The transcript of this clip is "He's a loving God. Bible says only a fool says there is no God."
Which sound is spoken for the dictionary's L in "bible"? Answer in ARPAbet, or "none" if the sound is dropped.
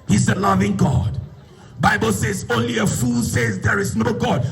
L